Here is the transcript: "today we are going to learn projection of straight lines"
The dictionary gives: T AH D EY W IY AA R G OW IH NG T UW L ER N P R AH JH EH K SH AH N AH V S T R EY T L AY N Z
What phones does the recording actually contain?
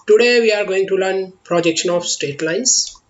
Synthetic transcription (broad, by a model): T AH D EY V IY AA R G OW IH NG T UW L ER N P R AH JH EH K SH AH N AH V S T EY T L AY N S